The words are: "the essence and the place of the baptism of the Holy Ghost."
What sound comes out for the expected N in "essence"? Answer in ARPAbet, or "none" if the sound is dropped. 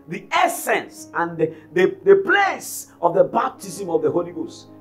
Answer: N